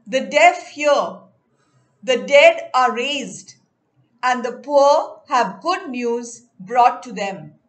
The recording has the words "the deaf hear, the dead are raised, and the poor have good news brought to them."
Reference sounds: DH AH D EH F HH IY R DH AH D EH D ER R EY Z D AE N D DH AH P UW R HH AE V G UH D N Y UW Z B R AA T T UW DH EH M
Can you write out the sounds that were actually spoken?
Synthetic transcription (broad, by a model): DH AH D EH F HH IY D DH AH D EH D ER R EY Z D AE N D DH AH P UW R HH AE V G UH D N Y UW Z B R AA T T UW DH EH M